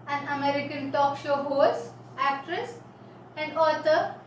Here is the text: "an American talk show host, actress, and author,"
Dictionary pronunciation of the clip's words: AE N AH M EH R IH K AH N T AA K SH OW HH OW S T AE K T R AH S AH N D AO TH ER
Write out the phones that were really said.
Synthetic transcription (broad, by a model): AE N AH M EH R IH K AH N T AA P SH OW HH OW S AE K T R AH S AH N D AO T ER